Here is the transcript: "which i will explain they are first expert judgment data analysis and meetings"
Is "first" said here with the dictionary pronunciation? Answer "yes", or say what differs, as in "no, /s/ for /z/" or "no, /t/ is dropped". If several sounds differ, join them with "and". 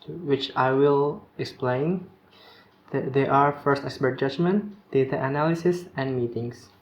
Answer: yes